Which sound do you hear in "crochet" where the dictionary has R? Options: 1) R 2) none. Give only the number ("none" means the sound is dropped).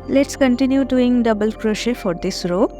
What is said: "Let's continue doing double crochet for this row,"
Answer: 1